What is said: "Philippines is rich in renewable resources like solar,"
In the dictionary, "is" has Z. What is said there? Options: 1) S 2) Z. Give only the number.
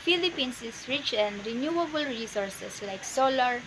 1